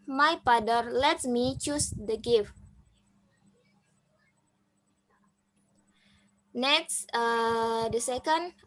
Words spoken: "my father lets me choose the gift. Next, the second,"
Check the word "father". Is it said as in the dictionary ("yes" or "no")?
no